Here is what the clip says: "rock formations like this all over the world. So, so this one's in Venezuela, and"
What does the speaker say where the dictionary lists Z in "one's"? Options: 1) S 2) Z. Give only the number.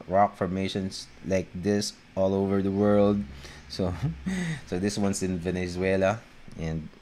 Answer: 1